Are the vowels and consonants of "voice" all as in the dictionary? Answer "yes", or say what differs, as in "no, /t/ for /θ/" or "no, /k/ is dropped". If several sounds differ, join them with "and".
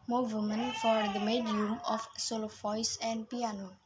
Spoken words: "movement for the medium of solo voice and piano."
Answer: no, /f/ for /v/